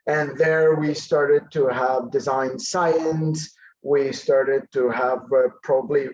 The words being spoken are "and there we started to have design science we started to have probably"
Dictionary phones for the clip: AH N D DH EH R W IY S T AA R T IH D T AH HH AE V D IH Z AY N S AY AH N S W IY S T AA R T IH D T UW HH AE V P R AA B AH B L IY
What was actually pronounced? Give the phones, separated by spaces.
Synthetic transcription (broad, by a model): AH N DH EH R W IY S T AA R T IH D T AH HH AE V D IH Z AY N S AY AH N S W IY S T AA R T IH D T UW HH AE V P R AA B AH B L IY